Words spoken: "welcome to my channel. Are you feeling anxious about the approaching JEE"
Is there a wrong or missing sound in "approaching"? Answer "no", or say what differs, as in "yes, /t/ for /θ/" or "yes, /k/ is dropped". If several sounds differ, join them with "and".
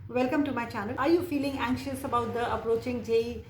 no